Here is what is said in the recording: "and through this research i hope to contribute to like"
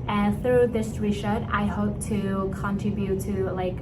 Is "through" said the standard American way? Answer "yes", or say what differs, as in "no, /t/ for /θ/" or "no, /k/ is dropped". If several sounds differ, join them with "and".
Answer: yes